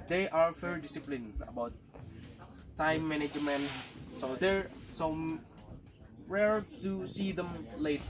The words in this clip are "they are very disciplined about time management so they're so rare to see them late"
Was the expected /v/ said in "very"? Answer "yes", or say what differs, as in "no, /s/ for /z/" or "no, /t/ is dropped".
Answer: no, /f/ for /v/